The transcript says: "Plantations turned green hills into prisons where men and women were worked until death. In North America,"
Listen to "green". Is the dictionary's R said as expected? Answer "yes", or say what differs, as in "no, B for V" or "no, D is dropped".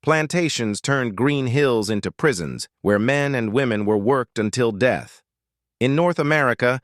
yes